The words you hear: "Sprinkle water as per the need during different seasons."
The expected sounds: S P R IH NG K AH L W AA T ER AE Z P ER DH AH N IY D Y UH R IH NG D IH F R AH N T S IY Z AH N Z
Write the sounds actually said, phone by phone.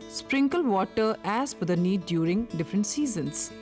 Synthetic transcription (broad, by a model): S P R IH NG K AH L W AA T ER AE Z F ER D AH N IY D Y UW R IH NG D IH F R AH N T S IY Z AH N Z